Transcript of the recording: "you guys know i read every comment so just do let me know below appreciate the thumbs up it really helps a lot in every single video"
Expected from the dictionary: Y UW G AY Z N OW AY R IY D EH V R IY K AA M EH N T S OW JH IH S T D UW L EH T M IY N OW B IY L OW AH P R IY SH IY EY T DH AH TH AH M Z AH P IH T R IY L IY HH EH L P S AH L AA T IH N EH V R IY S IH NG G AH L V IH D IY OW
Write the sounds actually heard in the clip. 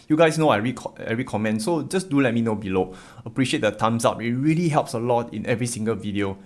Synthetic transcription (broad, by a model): Y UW G AY S N OW AY R IY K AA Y R IY K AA M EH N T S OW JH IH S D UW L EH T M IY N OW B IY L OW AH P R IY SH IY EY T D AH T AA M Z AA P IH T R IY L IY HH EH L P S AH L AA T IH N EH V R IY S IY NG G AH L V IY D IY OW